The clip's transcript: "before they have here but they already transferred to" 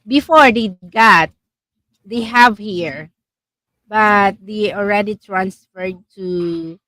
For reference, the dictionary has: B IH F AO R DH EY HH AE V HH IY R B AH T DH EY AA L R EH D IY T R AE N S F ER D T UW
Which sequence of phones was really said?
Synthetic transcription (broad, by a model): B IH F AO R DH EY HH AE V HH IY R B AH T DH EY AA L R EH D IY T R AE N S F ER D T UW